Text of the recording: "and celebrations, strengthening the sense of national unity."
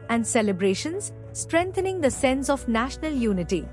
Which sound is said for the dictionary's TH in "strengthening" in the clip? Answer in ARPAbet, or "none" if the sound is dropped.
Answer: T